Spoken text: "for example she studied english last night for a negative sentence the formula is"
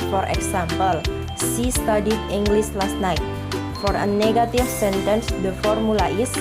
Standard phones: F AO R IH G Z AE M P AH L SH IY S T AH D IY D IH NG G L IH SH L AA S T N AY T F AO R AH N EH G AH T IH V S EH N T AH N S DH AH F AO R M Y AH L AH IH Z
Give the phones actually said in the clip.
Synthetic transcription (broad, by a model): F AO R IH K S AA M P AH L S IY S T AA D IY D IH NG G L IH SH L AA S T N AY T F AO R AH N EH G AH T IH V S EH N T AH N S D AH F AO R M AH L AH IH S